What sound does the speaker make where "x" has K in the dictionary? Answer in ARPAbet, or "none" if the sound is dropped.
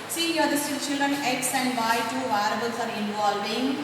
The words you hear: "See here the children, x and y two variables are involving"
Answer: K